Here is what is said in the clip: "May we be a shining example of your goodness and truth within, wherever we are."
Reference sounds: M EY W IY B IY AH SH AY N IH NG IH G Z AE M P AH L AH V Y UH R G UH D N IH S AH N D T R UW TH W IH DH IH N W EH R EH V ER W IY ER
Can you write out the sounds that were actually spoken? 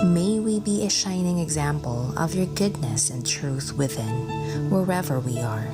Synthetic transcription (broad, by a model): M EY W IY B IY AH SH AY N IH NG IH G Z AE M P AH L AH V Y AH R G UH D N IH S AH N T R UW TH W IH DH IH N W EH R EH V ER W IY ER